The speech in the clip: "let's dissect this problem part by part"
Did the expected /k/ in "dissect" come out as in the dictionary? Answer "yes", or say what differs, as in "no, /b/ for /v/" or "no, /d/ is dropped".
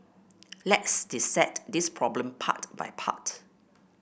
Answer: no, /k/ is dropped